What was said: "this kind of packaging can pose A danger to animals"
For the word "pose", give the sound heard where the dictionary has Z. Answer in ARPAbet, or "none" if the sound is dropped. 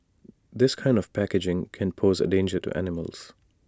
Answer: Z